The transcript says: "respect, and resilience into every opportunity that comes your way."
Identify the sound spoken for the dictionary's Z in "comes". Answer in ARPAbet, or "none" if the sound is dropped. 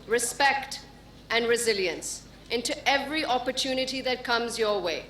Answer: Z